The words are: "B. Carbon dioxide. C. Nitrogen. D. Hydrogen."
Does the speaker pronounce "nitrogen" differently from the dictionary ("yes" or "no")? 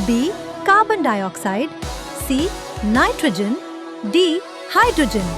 no